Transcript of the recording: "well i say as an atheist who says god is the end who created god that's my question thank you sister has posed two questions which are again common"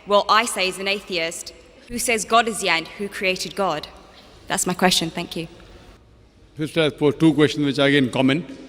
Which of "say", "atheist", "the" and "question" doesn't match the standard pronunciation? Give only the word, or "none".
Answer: none